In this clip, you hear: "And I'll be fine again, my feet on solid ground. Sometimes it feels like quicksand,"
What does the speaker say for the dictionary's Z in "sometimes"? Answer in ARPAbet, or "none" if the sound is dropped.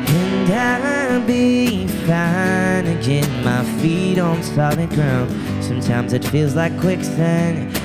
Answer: Z